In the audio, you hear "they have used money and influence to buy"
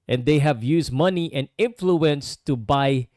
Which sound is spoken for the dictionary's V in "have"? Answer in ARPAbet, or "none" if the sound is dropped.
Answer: V